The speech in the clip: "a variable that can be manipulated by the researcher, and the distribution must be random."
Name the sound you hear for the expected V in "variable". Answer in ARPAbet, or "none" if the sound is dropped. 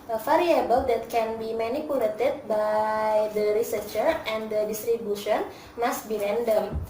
F